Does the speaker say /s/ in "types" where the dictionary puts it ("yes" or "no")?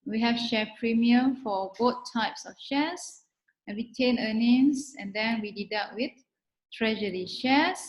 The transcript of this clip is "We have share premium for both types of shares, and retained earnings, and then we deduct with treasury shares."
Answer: yes